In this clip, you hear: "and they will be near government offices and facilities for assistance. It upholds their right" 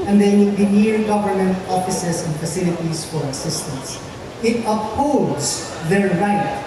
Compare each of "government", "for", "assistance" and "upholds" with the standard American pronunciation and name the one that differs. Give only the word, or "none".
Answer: upholds